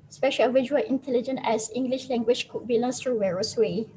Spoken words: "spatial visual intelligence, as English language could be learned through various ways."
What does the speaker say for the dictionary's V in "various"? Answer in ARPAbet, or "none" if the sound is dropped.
W